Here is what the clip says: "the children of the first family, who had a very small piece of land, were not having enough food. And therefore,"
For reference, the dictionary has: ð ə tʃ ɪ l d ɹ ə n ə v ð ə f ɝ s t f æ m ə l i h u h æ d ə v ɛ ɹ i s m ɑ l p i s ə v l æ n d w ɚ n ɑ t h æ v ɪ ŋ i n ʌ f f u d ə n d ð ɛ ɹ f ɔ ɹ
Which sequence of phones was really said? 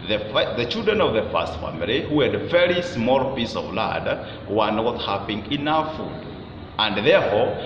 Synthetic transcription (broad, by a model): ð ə tʃ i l d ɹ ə n ə v ð ə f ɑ s t f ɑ m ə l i h u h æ d v ɛ ɹ i s m ɑ l p i s ə v l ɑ d w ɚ n ɑ t h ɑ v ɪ ŋ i n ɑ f f u d ə n d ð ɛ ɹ f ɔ